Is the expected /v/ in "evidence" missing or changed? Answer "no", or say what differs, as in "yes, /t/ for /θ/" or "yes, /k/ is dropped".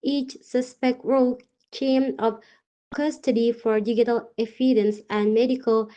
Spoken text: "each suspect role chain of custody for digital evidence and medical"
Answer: yes, /f/ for /v/